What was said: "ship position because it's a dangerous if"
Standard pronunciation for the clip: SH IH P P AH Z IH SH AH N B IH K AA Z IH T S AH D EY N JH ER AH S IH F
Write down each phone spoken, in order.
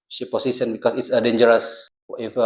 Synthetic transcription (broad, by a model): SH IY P P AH S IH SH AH N B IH K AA S IH T S AH D EY N JH ER AH S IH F